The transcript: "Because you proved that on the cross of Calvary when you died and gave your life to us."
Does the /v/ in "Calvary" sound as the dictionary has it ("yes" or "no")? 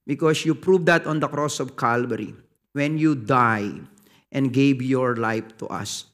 no